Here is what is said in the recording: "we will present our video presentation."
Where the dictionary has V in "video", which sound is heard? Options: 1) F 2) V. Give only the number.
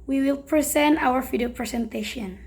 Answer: 1